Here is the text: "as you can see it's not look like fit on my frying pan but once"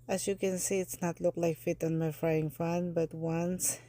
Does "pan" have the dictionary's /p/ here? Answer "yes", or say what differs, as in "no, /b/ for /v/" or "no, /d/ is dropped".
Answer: no, /f/ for /p/